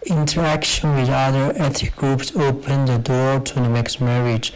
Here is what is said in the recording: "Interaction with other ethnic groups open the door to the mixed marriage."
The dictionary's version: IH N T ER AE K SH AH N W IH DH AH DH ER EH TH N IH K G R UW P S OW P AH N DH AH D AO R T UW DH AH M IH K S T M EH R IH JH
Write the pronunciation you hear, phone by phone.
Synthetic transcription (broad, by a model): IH N T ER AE K SH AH N W IH DH AH DH ER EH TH IH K G R UW P S OW P AH N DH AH D AO R T UW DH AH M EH K S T M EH R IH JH